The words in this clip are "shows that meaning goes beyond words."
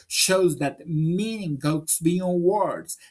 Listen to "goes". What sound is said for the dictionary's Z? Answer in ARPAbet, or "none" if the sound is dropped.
S